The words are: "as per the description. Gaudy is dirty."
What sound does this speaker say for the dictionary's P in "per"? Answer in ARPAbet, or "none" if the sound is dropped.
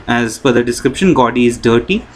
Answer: F